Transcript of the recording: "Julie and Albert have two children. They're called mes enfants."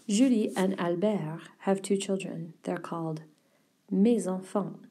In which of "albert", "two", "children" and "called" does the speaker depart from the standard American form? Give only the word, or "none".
none